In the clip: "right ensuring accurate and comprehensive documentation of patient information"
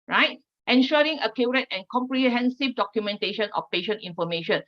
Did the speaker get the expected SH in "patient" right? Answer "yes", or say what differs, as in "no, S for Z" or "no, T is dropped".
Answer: yes